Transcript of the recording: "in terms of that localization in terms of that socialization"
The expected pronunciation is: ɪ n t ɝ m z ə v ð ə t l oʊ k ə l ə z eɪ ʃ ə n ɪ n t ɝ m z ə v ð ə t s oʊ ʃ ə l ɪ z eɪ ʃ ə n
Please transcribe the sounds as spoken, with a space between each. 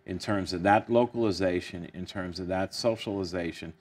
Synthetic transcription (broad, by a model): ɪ n t ɝ m z ə v ð ə t l oʊ k ə l ə z eɪ ʃ ə n ɪ n t ɝ m z ə v ð ə t s oʊ ʃ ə l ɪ z eɪ ʃ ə n